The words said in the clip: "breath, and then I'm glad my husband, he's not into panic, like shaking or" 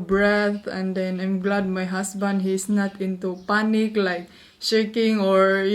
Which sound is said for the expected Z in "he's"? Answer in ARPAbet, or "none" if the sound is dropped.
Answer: S